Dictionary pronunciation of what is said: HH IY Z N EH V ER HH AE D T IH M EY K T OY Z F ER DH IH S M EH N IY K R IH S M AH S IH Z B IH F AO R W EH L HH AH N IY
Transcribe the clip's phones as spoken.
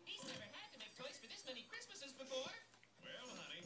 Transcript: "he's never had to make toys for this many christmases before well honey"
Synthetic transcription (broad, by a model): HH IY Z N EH ER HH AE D T IH M EY K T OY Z F ER DH IH S M EH N IY K R IH S M AH S IH Z B IH F AO R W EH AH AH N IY